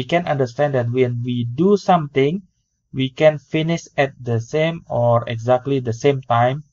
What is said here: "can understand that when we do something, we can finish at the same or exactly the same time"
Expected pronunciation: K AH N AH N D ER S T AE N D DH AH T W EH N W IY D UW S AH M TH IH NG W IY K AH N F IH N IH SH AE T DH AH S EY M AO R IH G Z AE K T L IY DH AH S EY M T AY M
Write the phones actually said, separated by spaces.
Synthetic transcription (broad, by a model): K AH N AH N D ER S T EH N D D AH T W EH N W IY D UW S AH M T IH NG W IY K AH N F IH N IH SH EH T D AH S EY M AO R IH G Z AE K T L IY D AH S EY M T AY M